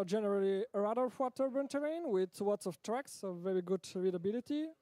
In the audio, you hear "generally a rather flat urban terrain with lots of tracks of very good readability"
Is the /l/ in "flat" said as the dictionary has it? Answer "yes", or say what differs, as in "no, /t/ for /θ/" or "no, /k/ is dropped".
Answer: no, /w/ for /l/